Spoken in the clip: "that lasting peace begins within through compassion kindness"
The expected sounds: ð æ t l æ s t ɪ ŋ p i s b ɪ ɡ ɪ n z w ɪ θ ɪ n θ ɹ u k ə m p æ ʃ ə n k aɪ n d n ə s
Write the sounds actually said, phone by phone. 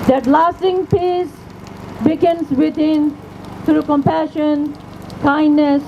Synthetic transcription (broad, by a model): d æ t l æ s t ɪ ŋ p i s b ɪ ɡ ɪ n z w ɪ t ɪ n t ɹ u k ə m p æ ʃ ə n k aɪ n d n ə s